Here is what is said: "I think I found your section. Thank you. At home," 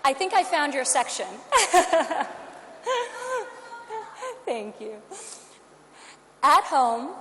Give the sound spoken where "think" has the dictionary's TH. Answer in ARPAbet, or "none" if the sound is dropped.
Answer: TH